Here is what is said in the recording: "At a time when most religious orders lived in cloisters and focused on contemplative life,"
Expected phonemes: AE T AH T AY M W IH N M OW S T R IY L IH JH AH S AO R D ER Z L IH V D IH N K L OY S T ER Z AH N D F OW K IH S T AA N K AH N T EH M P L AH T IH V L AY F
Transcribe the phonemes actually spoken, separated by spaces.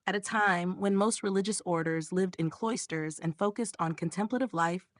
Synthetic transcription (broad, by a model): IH T AH T AY M W IH N M OW S T R IY L IH JH AH S AO R D ER Z L IH V D IH N K L OY S T ER Z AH N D F OW K IH S T N K AH N T EH M P L AH T IH V L AY F